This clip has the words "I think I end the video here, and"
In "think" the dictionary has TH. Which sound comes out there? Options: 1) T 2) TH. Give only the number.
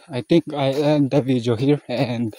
1